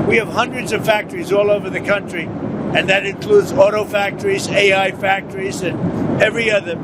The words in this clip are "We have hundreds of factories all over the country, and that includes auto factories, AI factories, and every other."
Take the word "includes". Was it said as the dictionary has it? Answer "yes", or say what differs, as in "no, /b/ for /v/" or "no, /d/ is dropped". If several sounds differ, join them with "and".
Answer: yes